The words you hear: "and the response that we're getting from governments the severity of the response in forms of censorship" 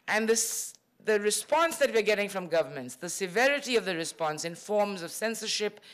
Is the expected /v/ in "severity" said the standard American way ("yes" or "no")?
yes